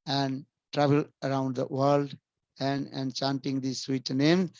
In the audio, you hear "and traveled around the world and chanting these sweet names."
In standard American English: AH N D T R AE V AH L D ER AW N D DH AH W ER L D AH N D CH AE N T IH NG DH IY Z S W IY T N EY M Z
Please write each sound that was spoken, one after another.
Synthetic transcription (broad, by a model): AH N D T R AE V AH L ER AW N D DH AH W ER L D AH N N CH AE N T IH NG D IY S W IY T N EY M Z